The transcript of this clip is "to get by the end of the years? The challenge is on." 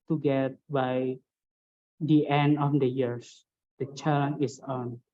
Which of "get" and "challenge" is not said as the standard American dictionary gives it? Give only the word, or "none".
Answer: challenge